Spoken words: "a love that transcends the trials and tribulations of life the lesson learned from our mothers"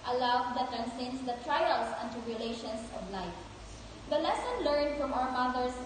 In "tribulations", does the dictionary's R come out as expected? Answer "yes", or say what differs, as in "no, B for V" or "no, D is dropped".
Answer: no, R is dropped